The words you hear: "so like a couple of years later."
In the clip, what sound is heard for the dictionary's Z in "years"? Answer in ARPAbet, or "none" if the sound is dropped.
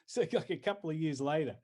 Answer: Z